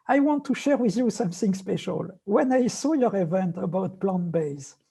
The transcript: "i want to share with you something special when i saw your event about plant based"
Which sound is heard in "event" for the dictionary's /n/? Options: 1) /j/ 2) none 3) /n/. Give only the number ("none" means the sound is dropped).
3